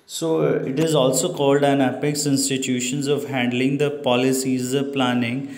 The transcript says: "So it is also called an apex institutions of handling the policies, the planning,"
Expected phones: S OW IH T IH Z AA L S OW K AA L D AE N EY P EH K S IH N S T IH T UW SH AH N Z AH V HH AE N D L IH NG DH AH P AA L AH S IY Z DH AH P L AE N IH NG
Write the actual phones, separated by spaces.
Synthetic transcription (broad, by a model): S OW IH T IH Z AA L S OW K AA L D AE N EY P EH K S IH N S T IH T UW SH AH N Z AH V HH AE N D L IH NG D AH P AA L AH S IY Z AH P L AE N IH NG